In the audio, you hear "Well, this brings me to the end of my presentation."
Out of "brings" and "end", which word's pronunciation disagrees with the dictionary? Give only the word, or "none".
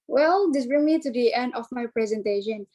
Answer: brings